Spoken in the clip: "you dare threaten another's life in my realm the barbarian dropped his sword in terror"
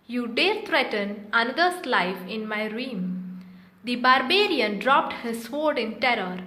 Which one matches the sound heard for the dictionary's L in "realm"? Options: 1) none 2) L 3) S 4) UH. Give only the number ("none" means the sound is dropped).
1